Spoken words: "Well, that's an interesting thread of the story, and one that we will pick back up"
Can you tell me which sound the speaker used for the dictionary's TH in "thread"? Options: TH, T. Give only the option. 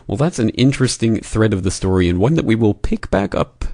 TH